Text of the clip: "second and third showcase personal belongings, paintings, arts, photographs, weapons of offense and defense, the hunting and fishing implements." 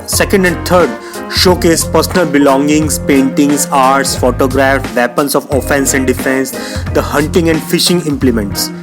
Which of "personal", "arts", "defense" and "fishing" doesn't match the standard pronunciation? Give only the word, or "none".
none